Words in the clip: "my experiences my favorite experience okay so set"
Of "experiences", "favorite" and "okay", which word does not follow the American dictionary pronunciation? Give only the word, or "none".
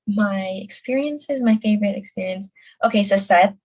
none